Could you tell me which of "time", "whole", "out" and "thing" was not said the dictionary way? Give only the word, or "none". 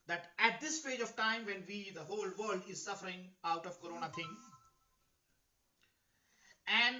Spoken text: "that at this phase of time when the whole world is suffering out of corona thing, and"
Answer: thing